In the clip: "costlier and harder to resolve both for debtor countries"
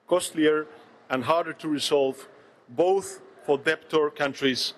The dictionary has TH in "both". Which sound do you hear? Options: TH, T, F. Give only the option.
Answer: TH